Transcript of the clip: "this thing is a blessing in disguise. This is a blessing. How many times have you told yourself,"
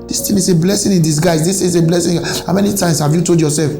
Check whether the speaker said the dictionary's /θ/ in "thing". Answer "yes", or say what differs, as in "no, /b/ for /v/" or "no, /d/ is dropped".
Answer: no, /t/ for /θ/